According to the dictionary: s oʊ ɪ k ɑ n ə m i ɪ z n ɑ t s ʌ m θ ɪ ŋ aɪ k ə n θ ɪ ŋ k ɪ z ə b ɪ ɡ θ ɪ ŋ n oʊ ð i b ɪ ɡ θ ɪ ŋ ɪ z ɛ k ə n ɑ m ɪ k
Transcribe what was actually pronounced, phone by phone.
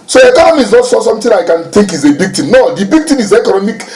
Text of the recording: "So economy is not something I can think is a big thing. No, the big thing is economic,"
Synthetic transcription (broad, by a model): s oʊ ɪ k ɑ n ə m i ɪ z n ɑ t s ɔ m t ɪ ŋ aɪ k ə n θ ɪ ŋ k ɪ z ə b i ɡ t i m n oʊ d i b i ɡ t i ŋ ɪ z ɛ k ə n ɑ m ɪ k